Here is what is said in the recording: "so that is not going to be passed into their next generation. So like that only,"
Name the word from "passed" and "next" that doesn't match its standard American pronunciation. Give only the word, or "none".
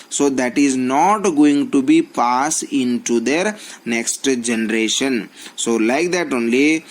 passed